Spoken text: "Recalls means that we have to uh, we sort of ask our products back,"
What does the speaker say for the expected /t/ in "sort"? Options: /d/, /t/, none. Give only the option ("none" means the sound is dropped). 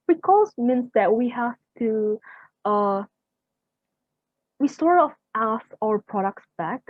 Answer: none